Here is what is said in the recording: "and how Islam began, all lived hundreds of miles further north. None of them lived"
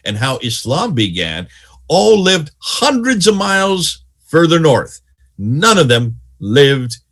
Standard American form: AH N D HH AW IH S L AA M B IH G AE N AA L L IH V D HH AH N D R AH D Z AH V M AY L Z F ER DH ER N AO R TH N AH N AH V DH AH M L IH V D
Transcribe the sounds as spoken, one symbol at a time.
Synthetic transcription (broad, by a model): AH N HH AW IH S L AA M B IH G AE N AA L L IH V D HH AH N D R AH D Z AH V M AY L Z F ER DH ER N AO R TH N AH N AH V DH AH M L IH V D